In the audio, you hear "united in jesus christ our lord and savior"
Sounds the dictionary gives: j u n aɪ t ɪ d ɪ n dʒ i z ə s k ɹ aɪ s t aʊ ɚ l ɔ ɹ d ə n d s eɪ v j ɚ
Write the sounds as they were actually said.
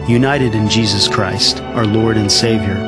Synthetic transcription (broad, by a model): j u n aɪ t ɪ d ɪ n dʒ i z ə s k ɹ aɪ s t aʊ ɚ l ɔ ɹ d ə n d s eɪ v j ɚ